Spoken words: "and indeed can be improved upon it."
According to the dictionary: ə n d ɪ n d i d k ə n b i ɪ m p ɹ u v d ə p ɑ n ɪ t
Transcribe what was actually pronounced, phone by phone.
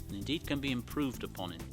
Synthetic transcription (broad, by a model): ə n ɪ n d i d k ə n b i ɪ m p ɹ u v d ə p ɑ n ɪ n